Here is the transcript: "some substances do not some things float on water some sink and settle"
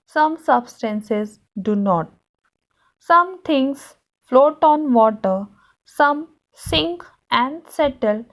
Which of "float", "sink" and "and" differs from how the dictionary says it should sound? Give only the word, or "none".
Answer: none